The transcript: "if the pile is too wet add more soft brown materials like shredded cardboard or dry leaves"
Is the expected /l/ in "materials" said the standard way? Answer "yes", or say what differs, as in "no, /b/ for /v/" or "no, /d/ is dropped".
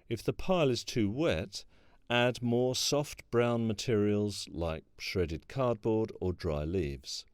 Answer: yes